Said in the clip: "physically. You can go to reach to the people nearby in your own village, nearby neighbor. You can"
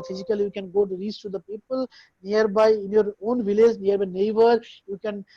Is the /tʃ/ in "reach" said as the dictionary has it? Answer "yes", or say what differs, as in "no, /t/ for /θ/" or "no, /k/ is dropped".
no, /s/ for /tʃ/